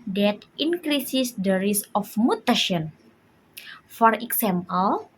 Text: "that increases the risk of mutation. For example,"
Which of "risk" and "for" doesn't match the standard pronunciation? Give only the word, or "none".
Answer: risk